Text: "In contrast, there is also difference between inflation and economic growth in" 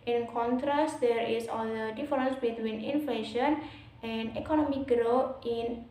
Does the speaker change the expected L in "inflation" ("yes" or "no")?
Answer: no